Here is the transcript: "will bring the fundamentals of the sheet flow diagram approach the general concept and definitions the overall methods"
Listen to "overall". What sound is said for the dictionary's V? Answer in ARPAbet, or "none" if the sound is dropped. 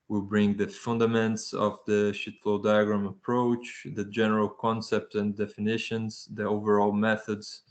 V